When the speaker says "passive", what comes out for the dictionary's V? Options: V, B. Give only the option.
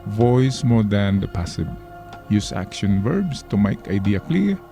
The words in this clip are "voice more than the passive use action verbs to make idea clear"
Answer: B